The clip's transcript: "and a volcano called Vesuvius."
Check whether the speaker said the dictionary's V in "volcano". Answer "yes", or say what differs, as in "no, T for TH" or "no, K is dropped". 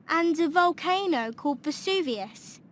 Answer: yes